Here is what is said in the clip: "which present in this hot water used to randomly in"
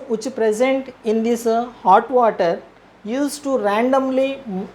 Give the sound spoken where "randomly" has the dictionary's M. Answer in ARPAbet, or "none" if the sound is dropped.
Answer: M